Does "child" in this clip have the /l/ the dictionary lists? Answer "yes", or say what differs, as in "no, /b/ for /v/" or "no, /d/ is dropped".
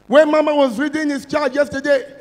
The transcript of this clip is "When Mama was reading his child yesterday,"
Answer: no, /l/ is dropped